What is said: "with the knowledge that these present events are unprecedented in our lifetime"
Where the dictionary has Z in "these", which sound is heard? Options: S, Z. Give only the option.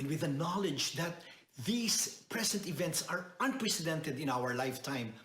S